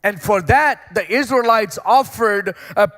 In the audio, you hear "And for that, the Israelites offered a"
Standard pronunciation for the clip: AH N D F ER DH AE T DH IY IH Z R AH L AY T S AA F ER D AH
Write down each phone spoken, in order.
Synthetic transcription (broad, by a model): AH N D F ER DH AE T DH IY IH Z R AH L AY T S AA F ER D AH